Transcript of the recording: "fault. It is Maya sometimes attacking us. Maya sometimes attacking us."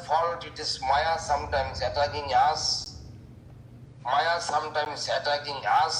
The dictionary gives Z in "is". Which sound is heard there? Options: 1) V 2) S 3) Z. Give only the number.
2